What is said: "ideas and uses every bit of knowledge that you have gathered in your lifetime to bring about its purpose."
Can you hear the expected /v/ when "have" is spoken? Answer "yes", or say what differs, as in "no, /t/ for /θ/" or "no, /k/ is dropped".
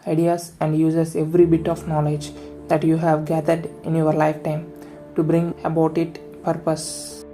yes